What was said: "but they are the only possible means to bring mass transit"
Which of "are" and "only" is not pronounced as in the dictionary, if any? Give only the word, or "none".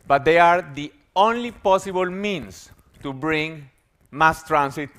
none